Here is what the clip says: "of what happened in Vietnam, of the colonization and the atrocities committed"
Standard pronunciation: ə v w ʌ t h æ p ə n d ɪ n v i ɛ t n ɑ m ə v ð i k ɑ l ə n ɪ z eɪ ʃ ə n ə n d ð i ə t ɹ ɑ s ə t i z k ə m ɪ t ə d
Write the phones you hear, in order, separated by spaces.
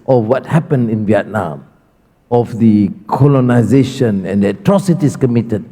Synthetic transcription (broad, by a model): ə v w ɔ t h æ p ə n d ɪ n v i ɛ t n ɑ m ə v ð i k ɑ l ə n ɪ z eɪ ʃ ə n ə n d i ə t ɹ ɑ s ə t i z k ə m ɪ t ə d